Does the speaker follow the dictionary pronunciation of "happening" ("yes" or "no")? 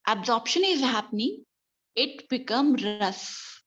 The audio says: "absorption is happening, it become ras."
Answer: yes